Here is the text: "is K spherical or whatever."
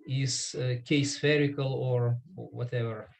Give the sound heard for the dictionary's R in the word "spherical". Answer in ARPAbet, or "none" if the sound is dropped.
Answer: R